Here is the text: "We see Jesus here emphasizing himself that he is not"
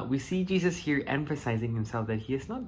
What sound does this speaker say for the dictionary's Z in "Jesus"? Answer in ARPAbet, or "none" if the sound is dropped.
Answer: Z